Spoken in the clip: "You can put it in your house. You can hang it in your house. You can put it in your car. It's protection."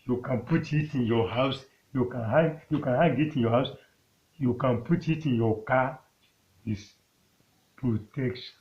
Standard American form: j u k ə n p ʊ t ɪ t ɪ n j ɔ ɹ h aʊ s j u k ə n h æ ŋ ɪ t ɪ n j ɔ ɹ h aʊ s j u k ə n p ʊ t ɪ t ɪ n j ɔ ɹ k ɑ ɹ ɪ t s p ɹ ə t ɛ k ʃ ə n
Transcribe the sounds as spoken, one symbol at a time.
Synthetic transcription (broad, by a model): j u k ə n p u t ɪ t ɪ n j ɔ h aʊ s j u k ə n h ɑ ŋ ɪ t ɪ n j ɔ h aʊ s j u k ə n p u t ɪ t ɪ n j ɔ k ɑ w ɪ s p ɹ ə t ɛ k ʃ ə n